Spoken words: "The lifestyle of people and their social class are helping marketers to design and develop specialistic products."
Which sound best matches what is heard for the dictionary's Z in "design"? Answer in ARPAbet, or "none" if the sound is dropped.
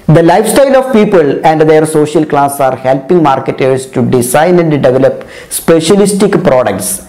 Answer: S